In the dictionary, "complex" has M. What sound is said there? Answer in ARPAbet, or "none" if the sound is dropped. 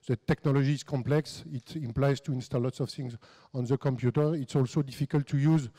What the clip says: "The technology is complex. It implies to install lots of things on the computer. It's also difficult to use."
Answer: M